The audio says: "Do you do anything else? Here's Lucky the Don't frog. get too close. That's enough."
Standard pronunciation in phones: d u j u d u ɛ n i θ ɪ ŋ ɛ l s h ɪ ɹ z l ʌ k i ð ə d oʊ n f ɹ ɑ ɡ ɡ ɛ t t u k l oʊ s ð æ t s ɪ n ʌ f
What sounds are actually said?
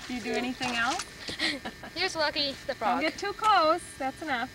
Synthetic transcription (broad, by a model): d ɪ j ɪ d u ɛ n i θ ɪ ŋ ɛ l s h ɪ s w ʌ k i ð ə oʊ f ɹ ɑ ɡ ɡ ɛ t t u k l oʊ s ð æ t s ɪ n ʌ f